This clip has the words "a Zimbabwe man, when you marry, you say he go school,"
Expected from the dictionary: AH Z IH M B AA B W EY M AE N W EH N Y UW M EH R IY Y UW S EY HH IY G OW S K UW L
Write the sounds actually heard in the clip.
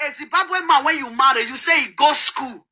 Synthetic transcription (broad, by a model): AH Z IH B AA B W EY M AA W EH N Y UW M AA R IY Y UW S EY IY G OW S K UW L